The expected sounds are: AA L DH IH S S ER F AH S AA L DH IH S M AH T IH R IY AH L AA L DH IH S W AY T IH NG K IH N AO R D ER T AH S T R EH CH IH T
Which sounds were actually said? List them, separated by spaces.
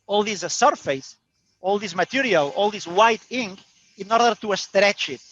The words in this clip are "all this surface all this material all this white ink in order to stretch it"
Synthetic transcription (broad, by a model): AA L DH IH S S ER F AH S AA L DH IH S M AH T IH R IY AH L AA L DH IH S W AY T IH NG K IH N AO R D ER T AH S T R EH CH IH T